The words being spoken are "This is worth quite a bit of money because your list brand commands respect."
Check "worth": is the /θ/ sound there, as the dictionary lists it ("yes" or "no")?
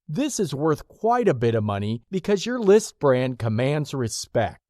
yes